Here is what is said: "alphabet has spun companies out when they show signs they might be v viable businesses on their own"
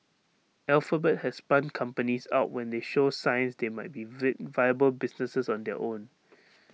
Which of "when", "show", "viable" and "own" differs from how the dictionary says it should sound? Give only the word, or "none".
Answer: none